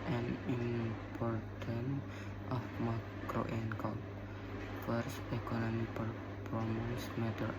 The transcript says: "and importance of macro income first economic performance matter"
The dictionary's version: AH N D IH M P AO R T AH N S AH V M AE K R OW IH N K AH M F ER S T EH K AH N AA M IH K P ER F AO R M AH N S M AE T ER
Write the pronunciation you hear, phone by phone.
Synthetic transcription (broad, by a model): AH N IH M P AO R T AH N AH F M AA K R OW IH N K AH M F ER S T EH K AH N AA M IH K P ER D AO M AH S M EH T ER